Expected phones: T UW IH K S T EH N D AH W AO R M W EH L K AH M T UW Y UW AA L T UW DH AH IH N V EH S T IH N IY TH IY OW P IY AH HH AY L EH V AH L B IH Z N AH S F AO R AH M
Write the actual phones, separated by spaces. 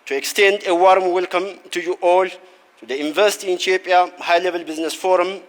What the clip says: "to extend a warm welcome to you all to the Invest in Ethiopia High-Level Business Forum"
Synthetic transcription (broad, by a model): T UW IH K S T EH N D AH W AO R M W EH L K AH M T UW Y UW AA L T UW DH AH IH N V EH S T IH N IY T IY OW P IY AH HH AY L EH V AH L B IH Z N AH S F AO R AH M